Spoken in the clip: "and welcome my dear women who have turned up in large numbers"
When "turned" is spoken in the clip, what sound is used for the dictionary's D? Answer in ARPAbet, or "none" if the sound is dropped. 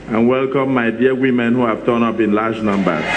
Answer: none